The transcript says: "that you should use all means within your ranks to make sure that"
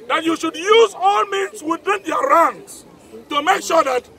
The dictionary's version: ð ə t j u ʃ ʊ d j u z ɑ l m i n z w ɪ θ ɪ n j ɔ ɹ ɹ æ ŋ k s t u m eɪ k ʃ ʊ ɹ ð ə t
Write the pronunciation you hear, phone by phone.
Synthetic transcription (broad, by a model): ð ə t j u ʃ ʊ d j u z ɑ l m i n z w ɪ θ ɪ n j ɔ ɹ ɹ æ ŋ s t u m eɪ k ʃ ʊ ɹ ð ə t